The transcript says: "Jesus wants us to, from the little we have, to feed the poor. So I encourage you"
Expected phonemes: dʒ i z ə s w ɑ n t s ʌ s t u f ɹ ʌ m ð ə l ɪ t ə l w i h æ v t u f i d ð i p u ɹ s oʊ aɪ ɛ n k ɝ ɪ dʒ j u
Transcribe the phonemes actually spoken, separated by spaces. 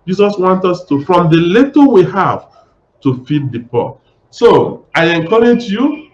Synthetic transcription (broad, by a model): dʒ i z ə s w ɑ n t ʌ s t u f ɹ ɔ m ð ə l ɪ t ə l w i h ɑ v t u f i d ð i p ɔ s oʊ aɪ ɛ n k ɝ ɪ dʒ j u